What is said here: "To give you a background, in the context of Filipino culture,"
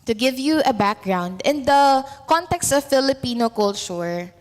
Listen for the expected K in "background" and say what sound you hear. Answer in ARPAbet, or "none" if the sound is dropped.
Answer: K